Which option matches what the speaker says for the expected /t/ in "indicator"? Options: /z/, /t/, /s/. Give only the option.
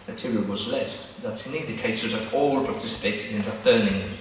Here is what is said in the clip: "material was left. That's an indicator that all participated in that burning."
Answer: /s/